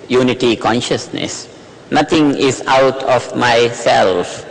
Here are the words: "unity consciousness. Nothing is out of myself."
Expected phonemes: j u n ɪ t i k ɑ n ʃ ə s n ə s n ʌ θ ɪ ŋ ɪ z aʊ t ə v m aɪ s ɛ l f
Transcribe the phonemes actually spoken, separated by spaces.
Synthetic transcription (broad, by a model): j u n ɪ t i k ɑ n ʃ ə s n ə s n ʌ t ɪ ŋ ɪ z aʊ t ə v m aɪ s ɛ l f